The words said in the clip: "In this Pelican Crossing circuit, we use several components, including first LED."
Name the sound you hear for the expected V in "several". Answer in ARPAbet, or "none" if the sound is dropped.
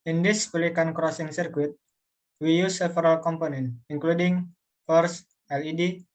F